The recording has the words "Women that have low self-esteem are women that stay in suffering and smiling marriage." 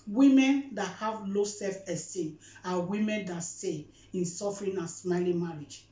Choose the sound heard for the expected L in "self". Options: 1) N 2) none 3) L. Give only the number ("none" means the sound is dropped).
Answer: 2